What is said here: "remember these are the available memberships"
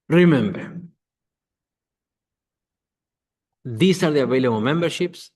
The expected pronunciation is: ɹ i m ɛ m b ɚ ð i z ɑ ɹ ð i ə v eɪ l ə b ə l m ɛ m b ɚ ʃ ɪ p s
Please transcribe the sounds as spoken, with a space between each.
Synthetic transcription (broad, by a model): ɹ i m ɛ m b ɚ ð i s ɑ ɹ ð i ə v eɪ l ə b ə m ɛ m b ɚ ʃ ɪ p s